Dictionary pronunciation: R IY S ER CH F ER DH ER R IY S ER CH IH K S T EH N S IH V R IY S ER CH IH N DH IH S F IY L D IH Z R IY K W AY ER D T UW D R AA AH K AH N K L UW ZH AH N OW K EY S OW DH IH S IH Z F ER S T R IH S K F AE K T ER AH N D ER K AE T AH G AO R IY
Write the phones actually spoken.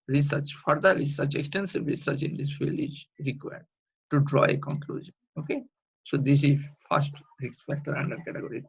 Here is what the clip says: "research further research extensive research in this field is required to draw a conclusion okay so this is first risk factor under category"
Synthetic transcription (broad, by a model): R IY S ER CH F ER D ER R IY S ER CH IH K S T EH N S IH V R IY S ER CH IH N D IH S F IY L IH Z R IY K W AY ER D T UW D R AA AH K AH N K L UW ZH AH N OW K EY S OW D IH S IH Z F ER S T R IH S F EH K T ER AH N D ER K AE T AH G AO R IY